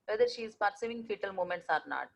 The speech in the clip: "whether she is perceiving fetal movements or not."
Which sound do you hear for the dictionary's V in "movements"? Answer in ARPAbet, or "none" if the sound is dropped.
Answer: none